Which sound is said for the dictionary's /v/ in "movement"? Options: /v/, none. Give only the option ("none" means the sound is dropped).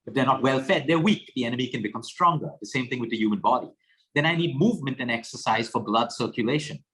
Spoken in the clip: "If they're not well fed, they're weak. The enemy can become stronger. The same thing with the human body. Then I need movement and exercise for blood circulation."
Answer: /v/